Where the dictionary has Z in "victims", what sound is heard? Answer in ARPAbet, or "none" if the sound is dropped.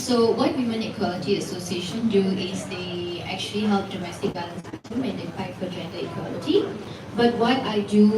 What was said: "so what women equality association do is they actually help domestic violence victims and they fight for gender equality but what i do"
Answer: none